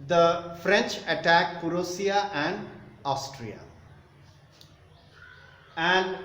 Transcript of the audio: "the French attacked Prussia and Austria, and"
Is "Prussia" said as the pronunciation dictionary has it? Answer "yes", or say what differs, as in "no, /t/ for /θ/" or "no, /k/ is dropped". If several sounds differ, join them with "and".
no, /s/ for /ʃ/